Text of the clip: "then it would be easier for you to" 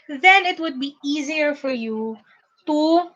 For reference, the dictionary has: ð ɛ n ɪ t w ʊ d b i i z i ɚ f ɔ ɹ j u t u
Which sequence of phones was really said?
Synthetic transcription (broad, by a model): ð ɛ n ɪ t w ʊ d b i i z i ɚ f ɔ ɹ j u t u